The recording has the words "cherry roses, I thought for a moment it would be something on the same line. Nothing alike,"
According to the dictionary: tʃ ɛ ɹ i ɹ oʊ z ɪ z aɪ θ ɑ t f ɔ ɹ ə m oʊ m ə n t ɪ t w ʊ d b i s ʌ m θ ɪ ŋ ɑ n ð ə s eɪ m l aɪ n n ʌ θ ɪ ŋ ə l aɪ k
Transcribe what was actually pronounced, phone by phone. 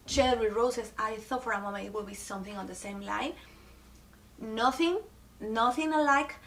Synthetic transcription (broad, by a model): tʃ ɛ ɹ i ɹ oʊ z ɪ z aɪ θ ɑ t f ɔ ɹ ə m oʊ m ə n ɪ t w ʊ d b i s ʌ m θ ɪ ŋ ɑ n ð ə s eɪ m l aɪ n n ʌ θ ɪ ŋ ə l aɪ k